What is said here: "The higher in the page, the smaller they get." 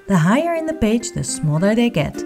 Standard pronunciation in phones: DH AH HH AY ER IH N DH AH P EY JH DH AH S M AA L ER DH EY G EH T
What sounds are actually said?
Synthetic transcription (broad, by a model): DH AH HH AY ER IH N DH AH B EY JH DH AH S M AA L ER DH EY G EH T